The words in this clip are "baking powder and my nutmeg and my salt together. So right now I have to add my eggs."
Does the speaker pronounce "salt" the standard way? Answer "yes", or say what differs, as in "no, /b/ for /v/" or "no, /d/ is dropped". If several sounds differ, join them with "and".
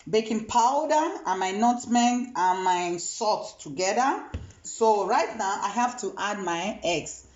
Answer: no, /l/ is dropped